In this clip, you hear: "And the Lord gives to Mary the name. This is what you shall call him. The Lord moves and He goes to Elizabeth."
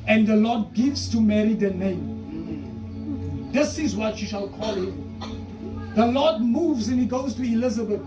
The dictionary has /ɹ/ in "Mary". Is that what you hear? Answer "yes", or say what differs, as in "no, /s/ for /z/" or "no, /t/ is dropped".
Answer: yes